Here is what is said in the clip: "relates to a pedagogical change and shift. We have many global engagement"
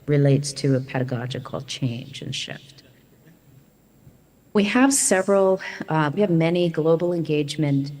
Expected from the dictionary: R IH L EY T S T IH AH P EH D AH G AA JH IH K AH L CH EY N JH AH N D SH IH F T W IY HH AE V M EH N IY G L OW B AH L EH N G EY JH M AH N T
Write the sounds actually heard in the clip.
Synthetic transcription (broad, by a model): R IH L EY T S T IH AH P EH D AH G AA JH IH K L CH EY N JH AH N SH IH F T W IY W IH V M EH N IY G L OW B L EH N G EY JH M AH N T